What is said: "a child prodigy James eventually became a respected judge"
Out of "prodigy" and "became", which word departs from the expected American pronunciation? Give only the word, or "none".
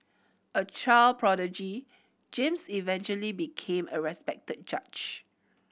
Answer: none